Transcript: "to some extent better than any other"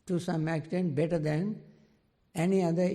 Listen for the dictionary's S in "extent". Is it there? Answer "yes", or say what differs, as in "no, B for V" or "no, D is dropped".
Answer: no, S is dropped